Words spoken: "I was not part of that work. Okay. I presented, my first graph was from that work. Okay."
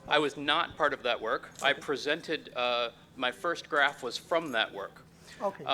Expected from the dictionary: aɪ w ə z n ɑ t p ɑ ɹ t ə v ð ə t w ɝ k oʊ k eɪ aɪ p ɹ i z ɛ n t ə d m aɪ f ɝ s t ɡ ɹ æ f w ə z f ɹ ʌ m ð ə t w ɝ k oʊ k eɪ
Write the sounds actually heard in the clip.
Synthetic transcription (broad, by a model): aɪ w ə z n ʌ t p ɑ ɹ t ə v ð ə t w ɝ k k aɪ p ɹ i z ɛ n t ə d m aɪ f ɝ s t ɡ ɹ æ f w ə z f ɹ ʌ m ð ə t w ɝ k k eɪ